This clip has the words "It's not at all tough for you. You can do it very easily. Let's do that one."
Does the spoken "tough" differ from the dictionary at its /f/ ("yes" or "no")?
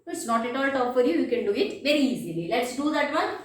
yes